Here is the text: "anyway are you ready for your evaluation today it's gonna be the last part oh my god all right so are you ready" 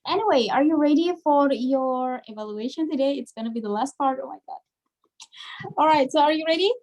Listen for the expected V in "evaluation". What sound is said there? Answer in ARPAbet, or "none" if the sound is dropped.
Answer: V